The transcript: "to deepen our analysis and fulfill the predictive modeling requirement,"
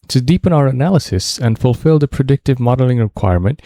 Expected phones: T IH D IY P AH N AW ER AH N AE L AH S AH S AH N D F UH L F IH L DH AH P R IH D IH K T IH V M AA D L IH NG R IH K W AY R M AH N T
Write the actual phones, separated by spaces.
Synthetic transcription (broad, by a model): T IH D IY P AH N AW ER AH N AE L AH S AH S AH N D F UH L F IH L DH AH P R IH D IH K T IH V M AA D L IH NG R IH K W AY R M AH N T